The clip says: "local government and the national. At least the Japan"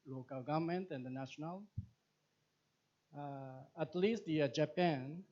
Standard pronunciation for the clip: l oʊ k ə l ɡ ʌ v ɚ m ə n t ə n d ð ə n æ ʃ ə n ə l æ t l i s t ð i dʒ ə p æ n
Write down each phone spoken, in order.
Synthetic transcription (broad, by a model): l oʊ k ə l ɡ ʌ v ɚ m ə n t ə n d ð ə n æ ʃ ə n ə l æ t l i s t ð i dʒ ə p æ n